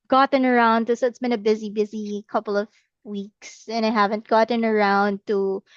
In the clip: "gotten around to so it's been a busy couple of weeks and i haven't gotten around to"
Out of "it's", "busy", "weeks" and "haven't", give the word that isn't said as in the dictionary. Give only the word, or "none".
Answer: none